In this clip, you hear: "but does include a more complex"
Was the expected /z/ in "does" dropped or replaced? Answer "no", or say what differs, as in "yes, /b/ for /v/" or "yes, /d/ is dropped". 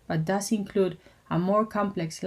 yes, /s/ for /z/